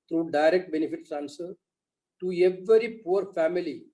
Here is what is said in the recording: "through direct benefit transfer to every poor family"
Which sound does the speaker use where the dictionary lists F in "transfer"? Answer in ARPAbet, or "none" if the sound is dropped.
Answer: none